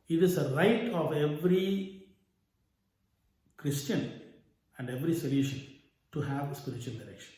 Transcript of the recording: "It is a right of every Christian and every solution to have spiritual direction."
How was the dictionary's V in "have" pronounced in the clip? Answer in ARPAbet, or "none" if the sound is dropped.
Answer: V